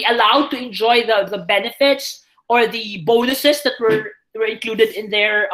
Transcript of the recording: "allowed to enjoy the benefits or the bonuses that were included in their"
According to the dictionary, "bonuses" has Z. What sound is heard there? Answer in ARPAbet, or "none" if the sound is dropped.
S